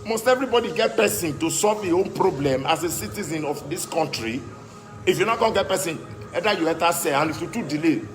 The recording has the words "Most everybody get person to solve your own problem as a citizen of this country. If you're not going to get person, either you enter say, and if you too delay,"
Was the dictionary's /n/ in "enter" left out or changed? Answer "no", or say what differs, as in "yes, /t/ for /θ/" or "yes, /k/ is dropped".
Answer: yes, /n/ is dropped